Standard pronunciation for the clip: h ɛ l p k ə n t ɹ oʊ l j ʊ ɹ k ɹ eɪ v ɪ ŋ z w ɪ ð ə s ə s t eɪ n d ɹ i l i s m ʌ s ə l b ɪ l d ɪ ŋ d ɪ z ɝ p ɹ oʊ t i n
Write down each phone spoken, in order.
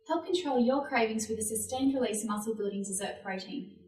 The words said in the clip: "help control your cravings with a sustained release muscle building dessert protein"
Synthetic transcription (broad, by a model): h ɛ l p k ə n t ɹ oʊ l j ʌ k ɹ eɪ v ɪ ŋ z w ɪ ð ə s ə s t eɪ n ɹ i l i s m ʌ s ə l b ɪ l d ɪ ŋ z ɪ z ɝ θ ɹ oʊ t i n